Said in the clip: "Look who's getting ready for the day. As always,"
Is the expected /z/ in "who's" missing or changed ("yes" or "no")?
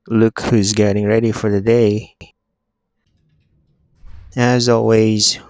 no